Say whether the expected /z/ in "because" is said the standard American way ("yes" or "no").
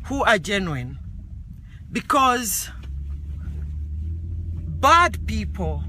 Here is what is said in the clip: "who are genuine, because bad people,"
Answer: yes